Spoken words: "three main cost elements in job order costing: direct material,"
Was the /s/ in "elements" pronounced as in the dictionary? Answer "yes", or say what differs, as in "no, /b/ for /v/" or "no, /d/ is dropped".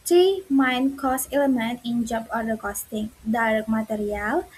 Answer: no, /s/ is dropped